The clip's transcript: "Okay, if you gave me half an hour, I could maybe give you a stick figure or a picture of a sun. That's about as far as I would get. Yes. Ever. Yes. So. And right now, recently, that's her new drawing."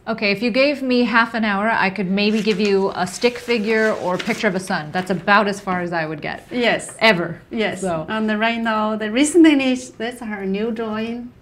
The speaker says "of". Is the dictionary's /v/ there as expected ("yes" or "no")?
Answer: yes